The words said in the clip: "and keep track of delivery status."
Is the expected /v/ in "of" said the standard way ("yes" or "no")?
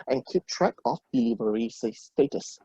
no